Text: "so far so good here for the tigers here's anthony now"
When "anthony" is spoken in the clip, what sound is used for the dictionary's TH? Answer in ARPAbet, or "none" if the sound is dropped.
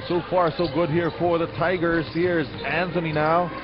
S